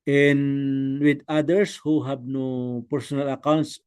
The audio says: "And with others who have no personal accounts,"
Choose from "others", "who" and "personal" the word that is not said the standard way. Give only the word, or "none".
others